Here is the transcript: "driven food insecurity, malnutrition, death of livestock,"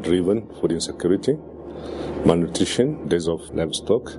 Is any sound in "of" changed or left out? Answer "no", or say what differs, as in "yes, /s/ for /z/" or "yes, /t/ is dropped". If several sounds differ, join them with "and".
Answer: yes, /f/ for /v/